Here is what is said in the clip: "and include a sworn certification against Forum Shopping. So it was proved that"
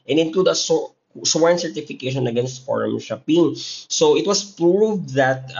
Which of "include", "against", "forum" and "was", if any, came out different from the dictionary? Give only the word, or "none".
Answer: was